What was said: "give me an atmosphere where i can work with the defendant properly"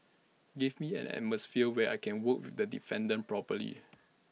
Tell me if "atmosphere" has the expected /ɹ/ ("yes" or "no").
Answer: no